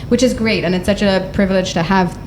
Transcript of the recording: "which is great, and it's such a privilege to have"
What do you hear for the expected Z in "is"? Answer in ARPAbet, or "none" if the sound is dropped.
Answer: Z